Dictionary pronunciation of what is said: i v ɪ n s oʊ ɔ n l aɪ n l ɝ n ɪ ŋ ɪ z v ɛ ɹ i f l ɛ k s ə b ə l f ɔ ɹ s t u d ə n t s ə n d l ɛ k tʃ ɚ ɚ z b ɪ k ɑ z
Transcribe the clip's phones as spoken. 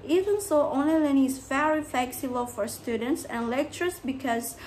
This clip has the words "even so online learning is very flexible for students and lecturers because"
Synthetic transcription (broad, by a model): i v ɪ n s oʊ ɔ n aɪ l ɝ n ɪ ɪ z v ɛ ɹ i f l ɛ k s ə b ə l f ɔ ɹ s t u d ə n t s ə n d l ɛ k tʃ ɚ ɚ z b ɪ k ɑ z